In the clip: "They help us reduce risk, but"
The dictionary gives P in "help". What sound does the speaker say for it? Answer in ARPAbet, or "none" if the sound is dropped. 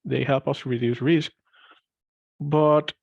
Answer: P